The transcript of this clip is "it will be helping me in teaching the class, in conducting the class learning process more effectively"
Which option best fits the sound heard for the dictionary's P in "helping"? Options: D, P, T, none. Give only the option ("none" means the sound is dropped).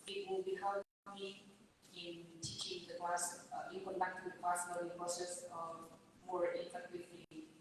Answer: none